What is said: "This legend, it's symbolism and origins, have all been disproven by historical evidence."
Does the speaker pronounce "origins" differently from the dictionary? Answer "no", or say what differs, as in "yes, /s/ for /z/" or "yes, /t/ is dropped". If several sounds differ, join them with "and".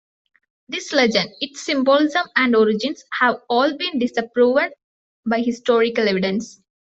yes, /s/ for /z/